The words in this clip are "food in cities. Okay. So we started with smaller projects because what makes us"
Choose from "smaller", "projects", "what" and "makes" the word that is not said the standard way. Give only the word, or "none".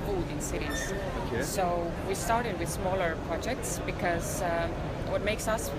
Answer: none